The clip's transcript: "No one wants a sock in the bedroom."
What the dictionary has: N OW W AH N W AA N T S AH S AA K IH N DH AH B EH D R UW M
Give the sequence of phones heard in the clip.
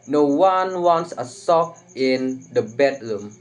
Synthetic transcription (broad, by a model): N OW W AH N W AA N T S AH S AA K IH N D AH B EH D R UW M